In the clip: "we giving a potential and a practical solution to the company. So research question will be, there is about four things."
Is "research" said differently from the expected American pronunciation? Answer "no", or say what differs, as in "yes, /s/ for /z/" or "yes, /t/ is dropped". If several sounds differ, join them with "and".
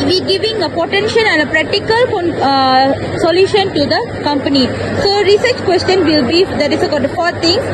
no